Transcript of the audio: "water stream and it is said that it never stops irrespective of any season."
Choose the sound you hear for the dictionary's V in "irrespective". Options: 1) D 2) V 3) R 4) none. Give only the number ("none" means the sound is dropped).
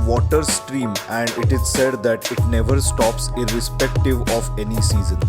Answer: 2